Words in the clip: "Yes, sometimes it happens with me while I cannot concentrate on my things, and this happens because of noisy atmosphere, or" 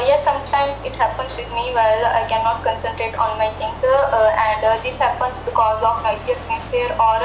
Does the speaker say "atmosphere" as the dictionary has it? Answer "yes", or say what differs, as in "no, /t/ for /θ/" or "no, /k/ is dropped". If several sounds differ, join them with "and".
no, /f/ is dropped